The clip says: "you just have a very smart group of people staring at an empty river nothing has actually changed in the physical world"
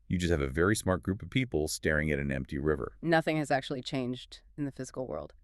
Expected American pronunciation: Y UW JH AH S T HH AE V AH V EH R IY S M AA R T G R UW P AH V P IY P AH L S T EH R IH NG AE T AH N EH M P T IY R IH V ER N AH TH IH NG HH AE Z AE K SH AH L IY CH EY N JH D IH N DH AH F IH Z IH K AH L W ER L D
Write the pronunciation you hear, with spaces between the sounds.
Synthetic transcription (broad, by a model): Y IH JH AH S T HH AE V AH V EH R IY S M AA R T G R UW P AH V P IY P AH L S T EH R IH NG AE T N EH M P T IY R IH V ER N AH TH IH NG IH Z AE K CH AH L IY CH EY N JH D IH N DH AH F IH Z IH K L W ER L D